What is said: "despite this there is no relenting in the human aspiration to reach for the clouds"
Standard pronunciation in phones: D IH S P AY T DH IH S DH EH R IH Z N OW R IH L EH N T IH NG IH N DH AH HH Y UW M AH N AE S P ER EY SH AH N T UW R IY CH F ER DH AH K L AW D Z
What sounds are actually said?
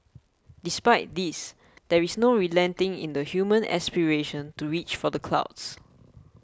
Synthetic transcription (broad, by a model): D IH S P AY T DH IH S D EH R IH S N OW R IH L EH N T IH NG IH N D AH HH Y UW M AH N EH S P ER EY SH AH N T UW R IY CH F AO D AH K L AW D S